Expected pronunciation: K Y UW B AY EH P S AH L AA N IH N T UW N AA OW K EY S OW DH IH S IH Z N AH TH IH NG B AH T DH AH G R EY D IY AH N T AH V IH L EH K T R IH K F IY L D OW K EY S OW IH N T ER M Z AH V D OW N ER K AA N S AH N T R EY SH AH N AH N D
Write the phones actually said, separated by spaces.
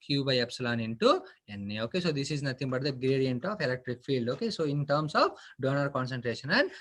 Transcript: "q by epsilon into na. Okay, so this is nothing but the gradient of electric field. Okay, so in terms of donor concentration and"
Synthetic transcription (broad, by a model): K Y UW B AY EH P S AH L AA N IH N T UW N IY OW K EY S OW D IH S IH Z N AH T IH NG B AH T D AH G R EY D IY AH N T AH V IH L EH K T R IH K F IY L D OW K EY S OW IH N T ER M S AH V D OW N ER K AA N S AH N T R EY SH AH N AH N D